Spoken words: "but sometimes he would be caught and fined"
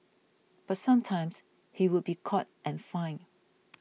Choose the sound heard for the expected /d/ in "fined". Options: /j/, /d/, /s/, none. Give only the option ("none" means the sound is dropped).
none